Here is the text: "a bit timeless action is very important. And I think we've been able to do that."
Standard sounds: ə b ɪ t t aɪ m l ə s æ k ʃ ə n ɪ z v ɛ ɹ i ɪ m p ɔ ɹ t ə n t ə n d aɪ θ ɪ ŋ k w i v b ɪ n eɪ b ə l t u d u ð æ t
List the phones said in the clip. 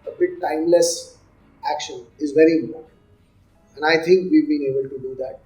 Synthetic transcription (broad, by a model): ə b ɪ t t aɪ m l ə s æ k ʃ ə n ɪ z v ɛ ɹ i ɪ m p ɔ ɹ t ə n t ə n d aɪ t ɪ ŋ k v i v b ɪ n eɪ b ə l t u d u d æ t